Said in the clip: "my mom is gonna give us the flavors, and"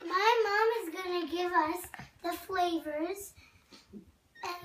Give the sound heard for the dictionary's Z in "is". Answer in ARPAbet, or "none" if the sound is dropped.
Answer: Z